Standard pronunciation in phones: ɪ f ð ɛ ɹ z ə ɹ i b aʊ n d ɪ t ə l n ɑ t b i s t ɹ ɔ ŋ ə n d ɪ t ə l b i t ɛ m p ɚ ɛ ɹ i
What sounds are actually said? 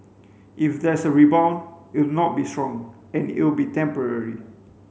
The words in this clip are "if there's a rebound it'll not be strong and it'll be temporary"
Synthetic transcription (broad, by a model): ɪ f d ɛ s ə ɹ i b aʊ n ɪ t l n ɑ t b i s t ɹ ɔ ŋ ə n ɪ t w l b i t ɛ m p ɚ ɛ ɹ i